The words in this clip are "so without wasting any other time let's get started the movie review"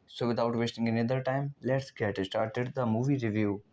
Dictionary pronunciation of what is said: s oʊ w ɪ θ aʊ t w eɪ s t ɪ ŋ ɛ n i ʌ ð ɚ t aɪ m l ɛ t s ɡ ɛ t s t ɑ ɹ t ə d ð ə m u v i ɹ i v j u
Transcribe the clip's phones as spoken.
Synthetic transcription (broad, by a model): s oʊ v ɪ t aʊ t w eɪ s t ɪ ŋ ɛ n i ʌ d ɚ t aɪ m l ɛ t s ɡ ɛ t s t ɑ ɹ t ə d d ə m u v i ɹ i v j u